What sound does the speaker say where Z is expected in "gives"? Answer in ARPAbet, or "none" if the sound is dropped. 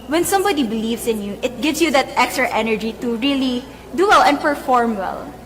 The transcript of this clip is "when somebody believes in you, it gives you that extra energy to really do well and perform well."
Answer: S